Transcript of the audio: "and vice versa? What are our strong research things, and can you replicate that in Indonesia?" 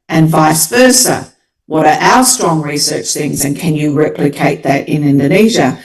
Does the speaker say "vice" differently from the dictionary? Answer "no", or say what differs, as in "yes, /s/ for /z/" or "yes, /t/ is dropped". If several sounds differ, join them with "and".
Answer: no